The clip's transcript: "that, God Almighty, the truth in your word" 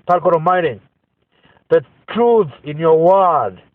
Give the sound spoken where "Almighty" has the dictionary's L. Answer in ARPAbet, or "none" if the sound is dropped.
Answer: none